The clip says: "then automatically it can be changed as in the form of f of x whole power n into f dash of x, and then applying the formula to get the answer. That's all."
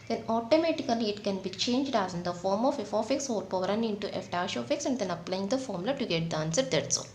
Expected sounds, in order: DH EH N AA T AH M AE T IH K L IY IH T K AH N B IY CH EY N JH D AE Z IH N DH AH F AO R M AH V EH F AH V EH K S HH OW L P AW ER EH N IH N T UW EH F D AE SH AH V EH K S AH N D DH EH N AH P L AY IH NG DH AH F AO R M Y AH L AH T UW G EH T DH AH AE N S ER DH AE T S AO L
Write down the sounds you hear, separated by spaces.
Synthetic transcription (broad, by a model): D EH N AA T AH M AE T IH K L IY IH T K AH N B IY CH EY N JH D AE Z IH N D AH F AO R M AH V EH F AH F EH K S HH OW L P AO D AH N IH N T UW EH F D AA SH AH F EH K S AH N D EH N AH P L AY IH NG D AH F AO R M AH L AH T UW G EH T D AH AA N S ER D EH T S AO